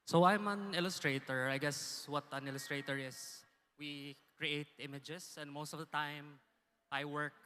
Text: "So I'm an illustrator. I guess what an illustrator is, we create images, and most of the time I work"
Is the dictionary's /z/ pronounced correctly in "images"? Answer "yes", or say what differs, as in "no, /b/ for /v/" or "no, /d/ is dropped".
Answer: no, /s/ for /z/